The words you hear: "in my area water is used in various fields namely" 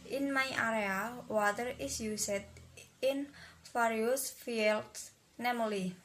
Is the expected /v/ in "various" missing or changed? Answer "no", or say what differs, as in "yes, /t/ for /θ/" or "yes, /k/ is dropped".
yes, /f/ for /v/